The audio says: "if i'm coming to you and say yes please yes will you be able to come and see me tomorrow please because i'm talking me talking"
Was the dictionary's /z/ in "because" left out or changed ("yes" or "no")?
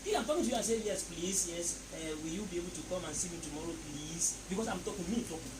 yes